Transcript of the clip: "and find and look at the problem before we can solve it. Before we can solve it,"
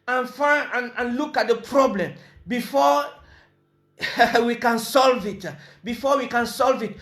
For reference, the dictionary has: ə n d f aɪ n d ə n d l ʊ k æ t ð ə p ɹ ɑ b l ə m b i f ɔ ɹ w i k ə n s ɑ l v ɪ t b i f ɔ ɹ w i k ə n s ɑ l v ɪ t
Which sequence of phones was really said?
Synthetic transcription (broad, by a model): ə n f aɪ n ə n l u k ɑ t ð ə p ɹ ɑ b l ə m b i f ɔ w i k ə n s ɑ l v ɪ t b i f ɔ w i k ə n s ɑ l v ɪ t